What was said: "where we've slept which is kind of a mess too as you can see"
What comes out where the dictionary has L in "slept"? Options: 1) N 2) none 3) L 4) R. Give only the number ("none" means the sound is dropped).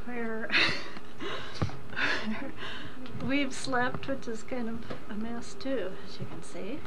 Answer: 3